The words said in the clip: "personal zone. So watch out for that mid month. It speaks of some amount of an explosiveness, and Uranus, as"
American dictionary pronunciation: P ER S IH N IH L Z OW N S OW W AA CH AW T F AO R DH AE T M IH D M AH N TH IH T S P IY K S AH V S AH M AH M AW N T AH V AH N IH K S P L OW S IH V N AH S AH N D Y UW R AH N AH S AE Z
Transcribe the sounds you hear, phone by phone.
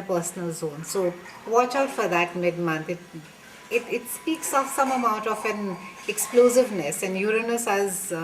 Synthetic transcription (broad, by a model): P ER S N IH L Z OW N S OW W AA CH AW T F AO R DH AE T M IH D M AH N T IH T S P IY K S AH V S AH M AH M AW N T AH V AH N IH K S P L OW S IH V N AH S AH N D Y UW R AH N AH S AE Z